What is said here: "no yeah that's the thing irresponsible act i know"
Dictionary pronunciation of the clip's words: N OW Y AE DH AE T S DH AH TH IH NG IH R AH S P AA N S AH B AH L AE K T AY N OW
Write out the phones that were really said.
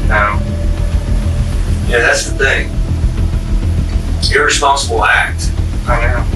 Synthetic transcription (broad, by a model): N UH Y AE DH AE T S DH AH TH IH NG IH R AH S P AA N S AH B L AE K T AY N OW